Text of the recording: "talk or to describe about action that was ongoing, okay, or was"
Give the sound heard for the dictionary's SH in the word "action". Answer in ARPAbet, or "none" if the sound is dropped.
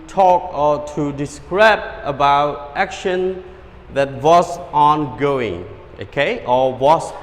SH